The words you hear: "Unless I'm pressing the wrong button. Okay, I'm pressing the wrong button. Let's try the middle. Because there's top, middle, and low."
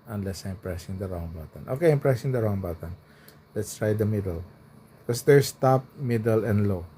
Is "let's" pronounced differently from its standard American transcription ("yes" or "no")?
no